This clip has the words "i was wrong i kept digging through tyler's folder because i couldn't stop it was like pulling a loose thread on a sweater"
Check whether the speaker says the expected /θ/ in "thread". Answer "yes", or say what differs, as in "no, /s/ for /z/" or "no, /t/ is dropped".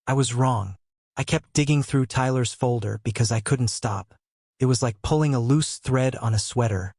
yes